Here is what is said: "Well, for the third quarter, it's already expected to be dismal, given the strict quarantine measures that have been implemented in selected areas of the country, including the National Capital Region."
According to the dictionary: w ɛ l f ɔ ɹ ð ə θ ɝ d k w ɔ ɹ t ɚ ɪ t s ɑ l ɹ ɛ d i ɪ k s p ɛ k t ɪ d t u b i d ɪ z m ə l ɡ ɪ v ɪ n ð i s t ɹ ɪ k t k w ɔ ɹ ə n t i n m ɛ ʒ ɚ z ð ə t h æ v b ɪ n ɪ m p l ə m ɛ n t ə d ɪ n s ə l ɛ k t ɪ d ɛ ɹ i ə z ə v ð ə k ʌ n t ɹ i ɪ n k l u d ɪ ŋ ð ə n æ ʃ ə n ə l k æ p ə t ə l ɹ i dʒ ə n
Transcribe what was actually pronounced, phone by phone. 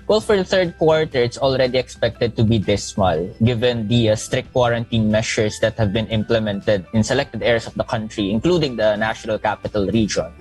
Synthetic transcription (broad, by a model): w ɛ l f ɔ ɹ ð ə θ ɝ d k w ɔ ɹ t ɚ ɪ t s ɑ l ɹ ɛ d i ɪ k s p ɛ k t ɪ d t u b i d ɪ s m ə l ɡ ɪ v ɪ n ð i s t ɹ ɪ k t k w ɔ ɹ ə n t i n m ɛ ʃ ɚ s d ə t h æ v b ɪ n ɪ m p l ə m ɛ n t ə d ɪ n s ə l ɛ k t ɪ d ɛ ɹ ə s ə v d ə k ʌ n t ɹ i ɪ n k l u d ɪ ŋ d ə n æ ʃ ə n ə l k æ p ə t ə l ɹ i dʒ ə n